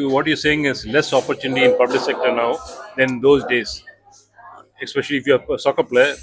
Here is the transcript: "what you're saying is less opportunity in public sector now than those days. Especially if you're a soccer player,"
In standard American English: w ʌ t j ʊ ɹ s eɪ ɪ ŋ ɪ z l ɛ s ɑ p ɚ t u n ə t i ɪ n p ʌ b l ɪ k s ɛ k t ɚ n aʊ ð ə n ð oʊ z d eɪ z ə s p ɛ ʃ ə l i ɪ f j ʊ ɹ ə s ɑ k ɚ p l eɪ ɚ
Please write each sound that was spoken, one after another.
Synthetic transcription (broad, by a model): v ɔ t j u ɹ s eɪ ɪ ŋ ɪ z l ɛ s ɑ p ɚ t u n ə t i ɪ n p ʌ b l ɪ k s ɛ k t ɚ n aʊ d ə n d oʊ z d eɪ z ə s p ɛ ʃ ə l i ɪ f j ə s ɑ k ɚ p l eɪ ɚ